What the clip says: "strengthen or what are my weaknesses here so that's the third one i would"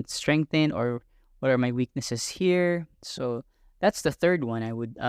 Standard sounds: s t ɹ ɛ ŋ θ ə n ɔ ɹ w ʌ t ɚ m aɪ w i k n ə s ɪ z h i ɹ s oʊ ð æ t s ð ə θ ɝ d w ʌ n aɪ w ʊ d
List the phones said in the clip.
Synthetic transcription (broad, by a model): s t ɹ ɛ ŋ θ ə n ɔ ɹ w ʌ t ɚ m aɪ w i k n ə s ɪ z h i ɹ s oʊ ð æ t s ð ə θ ɝ d w ʌ n aɪ w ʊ d